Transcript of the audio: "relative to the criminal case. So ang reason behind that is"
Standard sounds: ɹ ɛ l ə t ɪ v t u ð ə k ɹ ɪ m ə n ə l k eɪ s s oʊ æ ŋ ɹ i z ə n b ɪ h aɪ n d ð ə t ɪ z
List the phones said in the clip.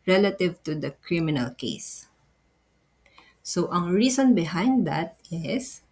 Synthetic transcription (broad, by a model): ɹ ɛ l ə t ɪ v t u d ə k ɹ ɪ m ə n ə l k eɪ s s oʊ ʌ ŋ ɹ i s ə n b ɪ h aɪ n d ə t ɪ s